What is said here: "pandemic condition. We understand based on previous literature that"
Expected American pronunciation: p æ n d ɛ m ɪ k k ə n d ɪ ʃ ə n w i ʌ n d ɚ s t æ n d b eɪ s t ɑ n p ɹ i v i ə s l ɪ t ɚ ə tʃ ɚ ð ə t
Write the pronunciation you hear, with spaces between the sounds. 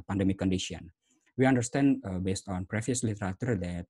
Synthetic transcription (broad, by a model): p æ n d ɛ m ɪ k k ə n d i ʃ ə n w i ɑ n d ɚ s t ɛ n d b eɪ s t ɑ n p ɹ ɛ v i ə s l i t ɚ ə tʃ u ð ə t